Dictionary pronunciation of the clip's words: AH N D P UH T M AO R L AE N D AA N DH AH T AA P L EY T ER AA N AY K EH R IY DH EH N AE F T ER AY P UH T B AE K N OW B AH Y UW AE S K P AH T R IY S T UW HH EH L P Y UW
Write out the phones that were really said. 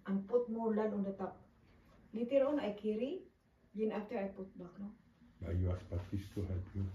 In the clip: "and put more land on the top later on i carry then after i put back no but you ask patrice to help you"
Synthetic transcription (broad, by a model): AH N P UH T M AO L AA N AA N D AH T AA P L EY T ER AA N AY K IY R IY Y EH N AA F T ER AY P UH T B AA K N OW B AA Y UW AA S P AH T IY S T UW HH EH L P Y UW